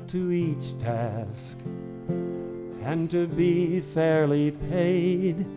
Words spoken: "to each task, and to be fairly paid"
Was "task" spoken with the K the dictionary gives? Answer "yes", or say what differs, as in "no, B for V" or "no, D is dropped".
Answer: yes